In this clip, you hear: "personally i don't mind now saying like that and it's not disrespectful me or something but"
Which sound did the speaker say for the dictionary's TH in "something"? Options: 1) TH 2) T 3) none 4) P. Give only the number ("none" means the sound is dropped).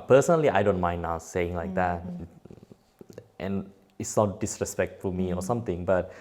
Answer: 2